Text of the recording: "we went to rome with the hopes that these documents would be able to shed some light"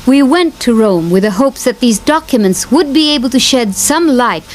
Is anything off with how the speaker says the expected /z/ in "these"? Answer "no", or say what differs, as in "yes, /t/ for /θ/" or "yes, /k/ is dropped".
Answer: no